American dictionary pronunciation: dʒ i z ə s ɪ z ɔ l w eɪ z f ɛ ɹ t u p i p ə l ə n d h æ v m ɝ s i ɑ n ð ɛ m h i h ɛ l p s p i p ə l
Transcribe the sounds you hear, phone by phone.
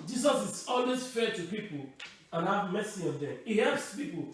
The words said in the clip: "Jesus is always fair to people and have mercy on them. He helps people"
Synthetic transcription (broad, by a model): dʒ i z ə s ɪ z ɔ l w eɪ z f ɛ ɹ t u p i p ə l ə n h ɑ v m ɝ s i ɑ n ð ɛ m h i h ɛ l p s p i p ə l